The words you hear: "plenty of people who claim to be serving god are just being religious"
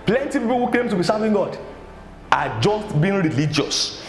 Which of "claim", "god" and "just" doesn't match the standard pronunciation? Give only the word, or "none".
claim